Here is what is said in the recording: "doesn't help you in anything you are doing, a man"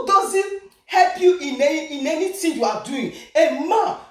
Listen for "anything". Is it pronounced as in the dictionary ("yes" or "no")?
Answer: no